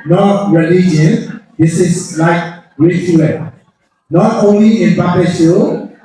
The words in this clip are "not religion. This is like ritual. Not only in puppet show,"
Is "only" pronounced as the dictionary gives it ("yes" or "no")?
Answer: yes